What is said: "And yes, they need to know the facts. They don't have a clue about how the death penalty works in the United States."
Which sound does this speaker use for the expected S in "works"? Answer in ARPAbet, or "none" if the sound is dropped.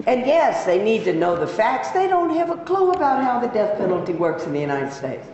S